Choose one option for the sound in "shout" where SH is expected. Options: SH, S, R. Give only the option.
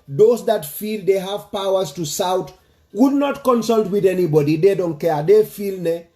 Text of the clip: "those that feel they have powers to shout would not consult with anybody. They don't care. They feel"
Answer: S